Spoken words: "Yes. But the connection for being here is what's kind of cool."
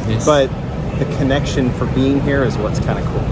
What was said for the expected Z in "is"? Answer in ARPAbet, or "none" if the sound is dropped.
Z